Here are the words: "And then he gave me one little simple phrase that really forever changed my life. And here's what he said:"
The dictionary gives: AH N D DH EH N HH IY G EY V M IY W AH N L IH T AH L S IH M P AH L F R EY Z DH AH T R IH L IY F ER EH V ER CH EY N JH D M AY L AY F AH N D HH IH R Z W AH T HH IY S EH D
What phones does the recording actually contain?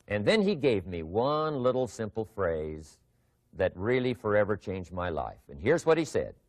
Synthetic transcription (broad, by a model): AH N DH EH N IY G EY V M IY W AH N L IH T L S IH M P L F R EY Z DH AH T R IH L IY F ER EH V ER CH EY N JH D M AY L AY F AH N HH IH R Z W AH T HH IY S EH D